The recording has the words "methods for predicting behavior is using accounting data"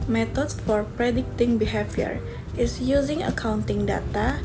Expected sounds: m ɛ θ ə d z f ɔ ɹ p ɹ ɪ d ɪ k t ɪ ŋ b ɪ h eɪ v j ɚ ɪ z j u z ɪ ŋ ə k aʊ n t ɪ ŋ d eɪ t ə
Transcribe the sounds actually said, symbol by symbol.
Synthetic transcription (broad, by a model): m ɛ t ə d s f ɔ ɹ p ɹ ɪ d ɪ k t ɪ ŋ b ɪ h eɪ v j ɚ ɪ s j u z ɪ ŋ ə k aʊ n t ɪ ŋ d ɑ t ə